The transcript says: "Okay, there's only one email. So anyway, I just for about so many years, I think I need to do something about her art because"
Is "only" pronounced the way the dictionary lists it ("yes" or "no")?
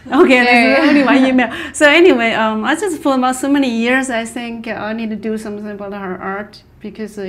no